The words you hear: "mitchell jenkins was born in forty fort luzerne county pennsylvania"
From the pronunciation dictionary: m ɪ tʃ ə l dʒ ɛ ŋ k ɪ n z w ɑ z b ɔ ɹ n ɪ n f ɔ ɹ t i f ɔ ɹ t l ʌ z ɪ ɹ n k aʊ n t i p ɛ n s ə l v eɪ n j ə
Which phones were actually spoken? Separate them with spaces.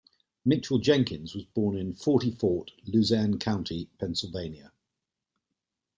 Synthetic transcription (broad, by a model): m ɪ tʃ ə l dʒ ɛ ŋ k ɪ n z w ɑ z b ɔ n ɪ n f ɔ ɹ t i f ɔ t l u z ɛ n k aʊ n t i p ɛ n s ə l v eɪ n j ə